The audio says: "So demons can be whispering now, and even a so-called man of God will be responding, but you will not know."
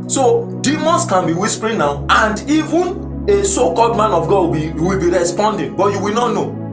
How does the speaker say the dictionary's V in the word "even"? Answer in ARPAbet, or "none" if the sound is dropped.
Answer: V